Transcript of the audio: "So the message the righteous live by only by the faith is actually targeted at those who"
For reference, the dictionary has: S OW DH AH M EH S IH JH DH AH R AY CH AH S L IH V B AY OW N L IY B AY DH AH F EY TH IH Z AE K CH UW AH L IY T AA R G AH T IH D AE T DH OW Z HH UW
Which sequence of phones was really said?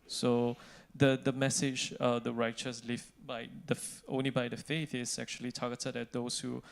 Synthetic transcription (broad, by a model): S OW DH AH M EH S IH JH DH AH R AY CH AH S L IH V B AY OW N L IY B AY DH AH F EY TH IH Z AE K CH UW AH L IY T AA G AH T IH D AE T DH OW S HH UW